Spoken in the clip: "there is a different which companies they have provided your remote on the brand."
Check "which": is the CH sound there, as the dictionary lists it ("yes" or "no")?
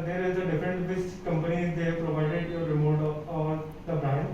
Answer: no